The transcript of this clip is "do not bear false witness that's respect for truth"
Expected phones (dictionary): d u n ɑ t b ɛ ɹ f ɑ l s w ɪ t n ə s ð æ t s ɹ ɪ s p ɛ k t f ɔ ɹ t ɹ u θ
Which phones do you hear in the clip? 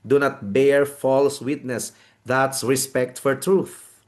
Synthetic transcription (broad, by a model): d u n ɑ t b ɛ ɹ f ɑ l s w ɪ t n ə s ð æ t s ɹ ɪ s p ɛ k t f ɔ ɹ t ɹ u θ